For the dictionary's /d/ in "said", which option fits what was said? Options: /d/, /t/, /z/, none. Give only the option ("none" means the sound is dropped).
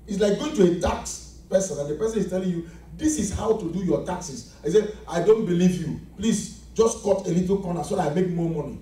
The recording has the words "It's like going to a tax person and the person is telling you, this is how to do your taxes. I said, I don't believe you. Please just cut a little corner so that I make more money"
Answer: none